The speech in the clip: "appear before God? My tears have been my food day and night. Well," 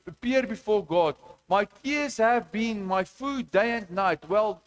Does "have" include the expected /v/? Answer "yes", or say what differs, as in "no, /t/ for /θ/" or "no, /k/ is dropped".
yes